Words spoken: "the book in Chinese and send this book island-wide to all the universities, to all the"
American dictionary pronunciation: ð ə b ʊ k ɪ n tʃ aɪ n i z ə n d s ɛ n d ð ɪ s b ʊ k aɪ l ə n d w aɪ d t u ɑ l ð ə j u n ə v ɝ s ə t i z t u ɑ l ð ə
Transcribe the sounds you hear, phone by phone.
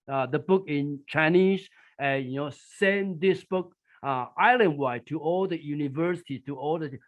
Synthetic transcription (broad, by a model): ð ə b ʊ k ɪ n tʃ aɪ n i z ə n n s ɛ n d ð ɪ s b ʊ k aɪ l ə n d w aɪ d t u ɑ l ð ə j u n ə v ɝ s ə t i t u ɑ l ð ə